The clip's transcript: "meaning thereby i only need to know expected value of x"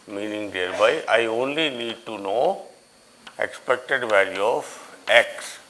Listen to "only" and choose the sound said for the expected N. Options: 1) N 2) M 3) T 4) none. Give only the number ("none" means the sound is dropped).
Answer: 1